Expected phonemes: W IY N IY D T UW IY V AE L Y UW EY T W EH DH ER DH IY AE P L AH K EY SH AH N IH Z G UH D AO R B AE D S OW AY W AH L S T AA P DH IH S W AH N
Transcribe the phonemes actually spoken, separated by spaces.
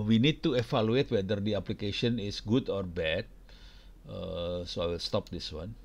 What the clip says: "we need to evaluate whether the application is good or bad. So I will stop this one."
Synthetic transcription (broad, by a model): W IY N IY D T UW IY F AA L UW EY T W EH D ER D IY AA P L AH K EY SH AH N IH S G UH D AO R B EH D S OW AY W AH L S T AA P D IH S W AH N